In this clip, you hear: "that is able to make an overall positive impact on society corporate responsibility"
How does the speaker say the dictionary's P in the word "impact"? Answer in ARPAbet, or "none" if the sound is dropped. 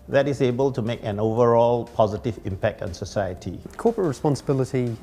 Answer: P